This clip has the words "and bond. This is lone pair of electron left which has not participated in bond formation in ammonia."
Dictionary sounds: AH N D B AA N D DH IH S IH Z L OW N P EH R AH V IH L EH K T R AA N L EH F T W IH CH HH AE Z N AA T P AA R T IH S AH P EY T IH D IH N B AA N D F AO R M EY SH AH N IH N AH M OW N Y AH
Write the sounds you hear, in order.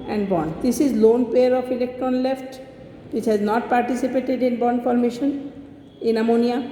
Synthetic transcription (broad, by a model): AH N D B AA N D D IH S IH Z L OW N P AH R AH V IH L EH K T R AA N L EH F T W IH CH HH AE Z N AA T P AA R T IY S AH P EY T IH D IH N B AA N D F AO R M EY SH AH N IH N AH M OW N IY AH